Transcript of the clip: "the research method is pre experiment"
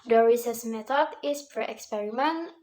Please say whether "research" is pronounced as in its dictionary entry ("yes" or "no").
no